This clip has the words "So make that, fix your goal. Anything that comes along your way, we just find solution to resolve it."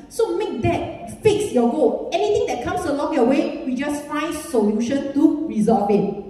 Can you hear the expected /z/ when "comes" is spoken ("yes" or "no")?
no